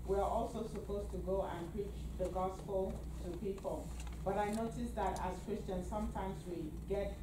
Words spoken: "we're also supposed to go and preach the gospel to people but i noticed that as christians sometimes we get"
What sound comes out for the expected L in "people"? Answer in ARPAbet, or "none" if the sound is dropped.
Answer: L